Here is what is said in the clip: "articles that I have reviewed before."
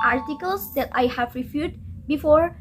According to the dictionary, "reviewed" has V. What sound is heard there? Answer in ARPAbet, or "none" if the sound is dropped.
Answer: F